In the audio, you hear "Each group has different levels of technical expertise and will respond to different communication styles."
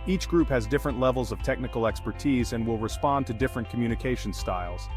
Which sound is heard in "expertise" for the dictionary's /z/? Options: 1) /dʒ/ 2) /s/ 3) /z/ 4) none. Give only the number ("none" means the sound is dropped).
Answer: 3